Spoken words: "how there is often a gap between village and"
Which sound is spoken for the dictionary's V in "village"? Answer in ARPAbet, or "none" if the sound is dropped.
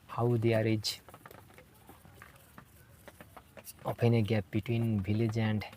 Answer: B